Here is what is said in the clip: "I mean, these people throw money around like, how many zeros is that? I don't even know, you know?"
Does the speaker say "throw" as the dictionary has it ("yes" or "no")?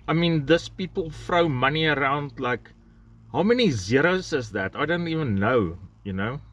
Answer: no